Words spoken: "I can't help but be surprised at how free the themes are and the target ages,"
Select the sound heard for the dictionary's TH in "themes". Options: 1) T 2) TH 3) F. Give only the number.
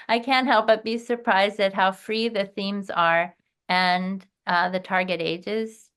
2